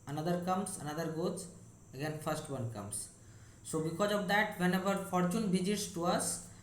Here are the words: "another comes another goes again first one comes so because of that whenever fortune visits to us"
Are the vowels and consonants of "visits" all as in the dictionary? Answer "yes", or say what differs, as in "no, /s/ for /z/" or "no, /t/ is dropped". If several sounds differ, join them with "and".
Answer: no, /b/ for /v/